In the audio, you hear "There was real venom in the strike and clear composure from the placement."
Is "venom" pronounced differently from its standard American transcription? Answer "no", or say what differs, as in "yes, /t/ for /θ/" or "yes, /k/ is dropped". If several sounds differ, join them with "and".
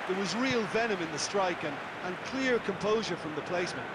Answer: no